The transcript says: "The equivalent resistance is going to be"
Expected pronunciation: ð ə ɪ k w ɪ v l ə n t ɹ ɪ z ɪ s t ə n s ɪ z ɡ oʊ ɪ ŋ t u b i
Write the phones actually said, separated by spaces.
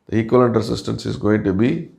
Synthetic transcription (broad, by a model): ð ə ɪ k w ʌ l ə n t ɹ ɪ s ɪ s t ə n s ɪ z ɡ oʊ ɪ ŋ t u b i